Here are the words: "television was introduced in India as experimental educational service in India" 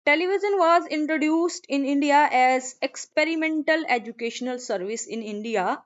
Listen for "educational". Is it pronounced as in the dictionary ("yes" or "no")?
yes